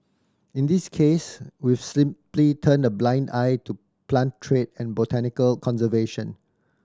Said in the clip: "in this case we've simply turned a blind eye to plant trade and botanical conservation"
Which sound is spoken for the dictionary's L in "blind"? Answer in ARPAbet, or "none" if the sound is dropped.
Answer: L